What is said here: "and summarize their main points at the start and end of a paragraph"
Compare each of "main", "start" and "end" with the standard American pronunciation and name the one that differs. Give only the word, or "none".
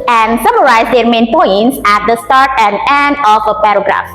none